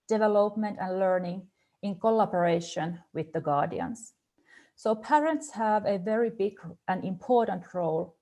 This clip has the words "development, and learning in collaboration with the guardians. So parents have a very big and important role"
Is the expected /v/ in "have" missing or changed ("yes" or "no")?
no